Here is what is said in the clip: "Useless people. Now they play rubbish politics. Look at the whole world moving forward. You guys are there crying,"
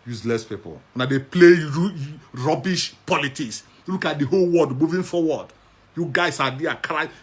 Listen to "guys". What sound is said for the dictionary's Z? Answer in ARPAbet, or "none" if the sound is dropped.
S